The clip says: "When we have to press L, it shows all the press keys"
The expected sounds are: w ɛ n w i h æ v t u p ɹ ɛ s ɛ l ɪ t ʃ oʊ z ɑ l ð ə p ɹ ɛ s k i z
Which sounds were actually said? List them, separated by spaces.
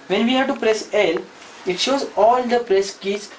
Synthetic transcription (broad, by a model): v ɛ n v i h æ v t u p ɹ ɛ s ɛ l ɪ t ʃ oʊ z ɑ l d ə p ɹ ɛ s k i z